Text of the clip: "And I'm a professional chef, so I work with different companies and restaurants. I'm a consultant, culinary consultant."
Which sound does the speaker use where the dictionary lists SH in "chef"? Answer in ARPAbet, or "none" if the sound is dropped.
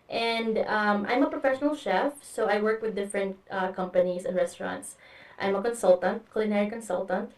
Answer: SH